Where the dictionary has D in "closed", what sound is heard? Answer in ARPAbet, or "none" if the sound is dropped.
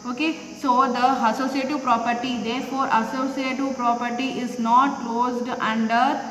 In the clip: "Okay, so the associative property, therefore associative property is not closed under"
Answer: D